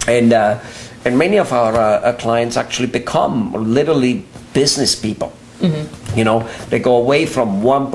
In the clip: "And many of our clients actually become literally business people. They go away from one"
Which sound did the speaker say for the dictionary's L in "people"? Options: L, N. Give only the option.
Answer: N